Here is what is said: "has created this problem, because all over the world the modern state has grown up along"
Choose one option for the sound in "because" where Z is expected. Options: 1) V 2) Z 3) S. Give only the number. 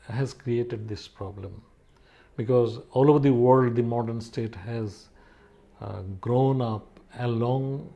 2